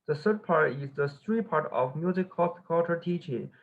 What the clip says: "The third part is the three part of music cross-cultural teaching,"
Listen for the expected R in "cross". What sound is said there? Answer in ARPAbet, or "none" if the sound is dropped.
none